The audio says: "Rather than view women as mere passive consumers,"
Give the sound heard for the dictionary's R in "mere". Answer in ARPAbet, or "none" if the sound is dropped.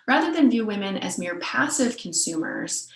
R